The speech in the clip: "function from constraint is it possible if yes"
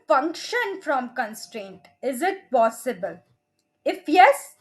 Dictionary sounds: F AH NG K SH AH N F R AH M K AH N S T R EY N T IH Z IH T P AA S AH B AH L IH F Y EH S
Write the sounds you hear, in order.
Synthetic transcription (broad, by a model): F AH NG K SH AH N F R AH M K AH N S T R EY N T IH Z IH T P AA S AH B AH L IH F Y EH S